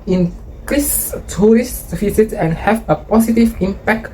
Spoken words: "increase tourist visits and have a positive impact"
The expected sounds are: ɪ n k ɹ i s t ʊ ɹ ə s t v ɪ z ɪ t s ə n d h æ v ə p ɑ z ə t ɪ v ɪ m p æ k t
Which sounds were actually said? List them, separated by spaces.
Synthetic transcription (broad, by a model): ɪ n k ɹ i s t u ɹ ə s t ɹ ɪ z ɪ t ə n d h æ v ə p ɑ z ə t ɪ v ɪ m p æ k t